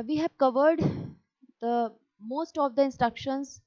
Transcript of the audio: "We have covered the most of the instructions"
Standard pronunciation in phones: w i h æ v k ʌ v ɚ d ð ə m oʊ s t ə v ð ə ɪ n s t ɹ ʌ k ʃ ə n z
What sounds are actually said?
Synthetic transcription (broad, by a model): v i h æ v k ʌ v ɚ d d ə m oʊ s t ə v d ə ɪ n s t ɹ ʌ k ʃ ə n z